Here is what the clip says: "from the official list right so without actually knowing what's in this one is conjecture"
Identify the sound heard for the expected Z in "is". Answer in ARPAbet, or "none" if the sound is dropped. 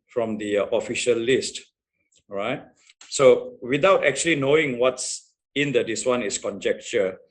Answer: S